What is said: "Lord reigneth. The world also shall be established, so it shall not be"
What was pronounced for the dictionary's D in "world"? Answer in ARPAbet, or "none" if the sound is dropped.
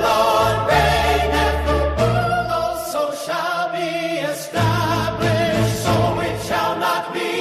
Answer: none